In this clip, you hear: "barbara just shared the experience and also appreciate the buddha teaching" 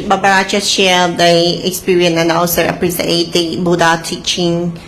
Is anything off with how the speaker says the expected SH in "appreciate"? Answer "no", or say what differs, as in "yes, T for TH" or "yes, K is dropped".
yes, S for SH